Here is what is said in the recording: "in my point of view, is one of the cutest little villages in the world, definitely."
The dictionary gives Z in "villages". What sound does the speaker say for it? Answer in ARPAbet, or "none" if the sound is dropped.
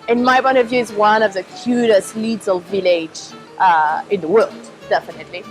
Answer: none